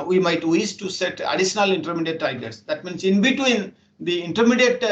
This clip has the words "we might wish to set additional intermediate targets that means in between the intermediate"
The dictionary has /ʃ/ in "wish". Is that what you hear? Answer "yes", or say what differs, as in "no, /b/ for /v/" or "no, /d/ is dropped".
no, /s/ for /ʃ/